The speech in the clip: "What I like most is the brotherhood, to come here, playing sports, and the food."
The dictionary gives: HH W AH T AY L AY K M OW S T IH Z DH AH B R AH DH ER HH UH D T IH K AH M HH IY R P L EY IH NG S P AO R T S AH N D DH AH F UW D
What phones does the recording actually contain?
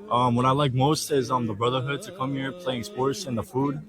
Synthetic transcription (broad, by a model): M W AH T AY L AY K M OW S T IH Z DH AH B R AH DH ER HH UH D T IH K AH M HH IY R P L EY IH NG S P AO R T S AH N DH AH F UW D